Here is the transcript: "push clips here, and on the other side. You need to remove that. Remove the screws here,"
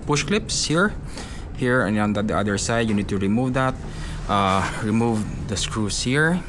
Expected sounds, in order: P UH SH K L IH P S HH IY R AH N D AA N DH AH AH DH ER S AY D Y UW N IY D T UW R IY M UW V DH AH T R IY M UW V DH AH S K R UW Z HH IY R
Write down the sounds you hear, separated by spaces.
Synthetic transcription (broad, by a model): P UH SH K L IH P S HH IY R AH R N AA N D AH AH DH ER S AY D Y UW N IY D T UW R IY M UW V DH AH T R IY M UW V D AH S K R UW S HH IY R